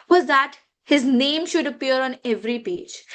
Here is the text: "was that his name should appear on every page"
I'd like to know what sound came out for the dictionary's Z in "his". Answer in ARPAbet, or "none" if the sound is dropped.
Z